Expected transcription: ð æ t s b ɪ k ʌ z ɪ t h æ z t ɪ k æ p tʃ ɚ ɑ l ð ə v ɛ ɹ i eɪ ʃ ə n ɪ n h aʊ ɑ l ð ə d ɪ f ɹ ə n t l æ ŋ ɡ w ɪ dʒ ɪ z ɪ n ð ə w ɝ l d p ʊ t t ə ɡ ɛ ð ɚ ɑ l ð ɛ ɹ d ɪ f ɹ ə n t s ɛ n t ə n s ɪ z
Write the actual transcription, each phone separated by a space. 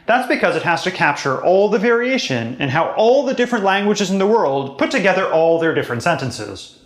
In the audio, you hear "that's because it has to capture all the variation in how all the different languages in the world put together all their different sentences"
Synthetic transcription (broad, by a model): ð æ t s b ɪ k ʌ z ɪ t h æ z t ɪ k æ p tʃ ɚ ɑ l ð ə v ɛ ɹ i eɪ ʃ ə n ɪ n h aʊ ɑ l ð ə d ɪ f ɹ ə n t l æ ŋ ɡ w ɪ dʒ ɪ z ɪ n ð ə w ɝ l d p ʊ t t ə ɡ ɛ ð ɚ ɑ l ð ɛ ɹ d ɪ f ɹ ə n t s ɛ n t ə n s ɪ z